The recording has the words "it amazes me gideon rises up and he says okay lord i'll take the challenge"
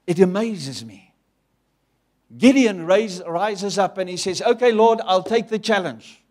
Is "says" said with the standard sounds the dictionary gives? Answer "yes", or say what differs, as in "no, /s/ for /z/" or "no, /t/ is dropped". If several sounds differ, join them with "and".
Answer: yes